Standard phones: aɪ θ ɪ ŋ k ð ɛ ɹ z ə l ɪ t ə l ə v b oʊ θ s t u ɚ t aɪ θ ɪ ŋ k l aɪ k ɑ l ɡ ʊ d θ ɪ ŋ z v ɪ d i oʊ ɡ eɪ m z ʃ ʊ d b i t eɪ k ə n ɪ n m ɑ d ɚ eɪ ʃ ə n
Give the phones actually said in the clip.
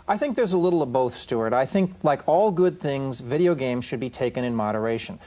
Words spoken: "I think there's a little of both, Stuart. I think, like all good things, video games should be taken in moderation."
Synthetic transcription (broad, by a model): aɪ θ ɪ ŋ k ð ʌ ɹ z ə l ɪ t l ə v b oʊ θ s t u ɚ t aɪ θ ɪ ŋ k l aɪ k ɑ l ɡ ʊ d θ ɪ ŋ z v ɪ d i oʊ ɡ eɪ m z ʃ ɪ d b i t eɪ k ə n ɪ n m ɑ d ɚ eɪ ʃ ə n